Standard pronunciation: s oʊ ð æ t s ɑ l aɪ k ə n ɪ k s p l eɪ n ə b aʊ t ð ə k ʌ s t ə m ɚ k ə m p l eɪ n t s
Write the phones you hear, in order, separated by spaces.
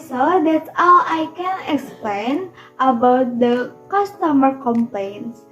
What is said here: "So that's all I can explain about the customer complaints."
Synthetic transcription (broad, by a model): s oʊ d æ t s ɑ w aɪ k ə n ɪ k s p l eɪ n ə b aʊ t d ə k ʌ s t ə m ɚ k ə m p l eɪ n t s